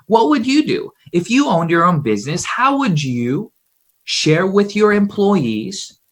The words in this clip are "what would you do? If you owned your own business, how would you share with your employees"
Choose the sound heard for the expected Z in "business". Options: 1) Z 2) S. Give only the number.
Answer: 1